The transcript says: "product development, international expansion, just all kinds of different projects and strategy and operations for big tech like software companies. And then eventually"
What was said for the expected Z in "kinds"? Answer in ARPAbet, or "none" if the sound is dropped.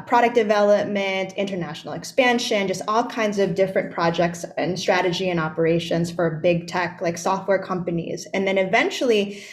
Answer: Z